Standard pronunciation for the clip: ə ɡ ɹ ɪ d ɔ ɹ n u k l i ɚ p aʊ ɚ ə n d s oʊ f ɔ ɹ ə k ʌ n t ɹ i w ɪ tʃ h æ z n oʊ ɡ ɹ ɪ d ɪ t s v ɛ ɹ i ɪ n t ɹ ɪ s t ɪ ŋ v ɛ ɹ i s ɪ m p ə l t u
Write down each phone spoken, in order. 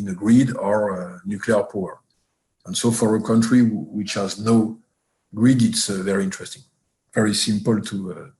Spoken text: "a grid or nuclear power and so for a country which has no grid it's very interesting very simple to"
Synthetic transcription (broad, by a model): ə ɡ ɹ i d ɔ ɹ n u k l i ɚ p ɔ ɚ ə n s oʊ f ɔ ɹ ə k ʌ n t ɹ i w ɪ tʃ h æ z n oʊ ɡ ɹ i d ɪ t s v ɛ ɹ i ɪ n t ɹ ɪ s t ɪ ŋ v ɛ ɹ i s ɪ m p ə l t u